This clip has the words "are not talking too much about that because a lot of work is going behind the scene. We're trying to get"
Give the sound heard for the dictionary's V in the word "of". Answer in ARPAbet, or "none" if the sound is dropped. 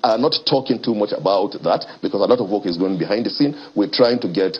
V